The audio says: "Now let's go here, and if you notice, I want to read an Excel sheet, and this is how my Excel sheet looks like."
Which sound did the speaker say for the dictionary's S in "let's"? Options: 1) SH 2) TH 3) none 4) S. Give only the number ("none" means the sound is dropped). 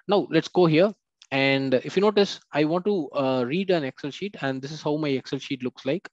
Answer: 4